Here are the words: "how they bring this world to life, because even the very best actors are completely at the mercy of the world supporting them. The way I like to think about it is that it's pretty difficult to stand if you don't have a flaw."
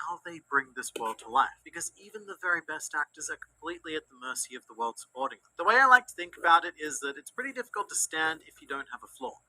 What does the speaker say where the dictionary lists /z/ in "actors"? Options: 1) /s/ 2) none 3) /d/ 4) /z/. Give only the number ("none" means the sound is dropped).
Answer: 4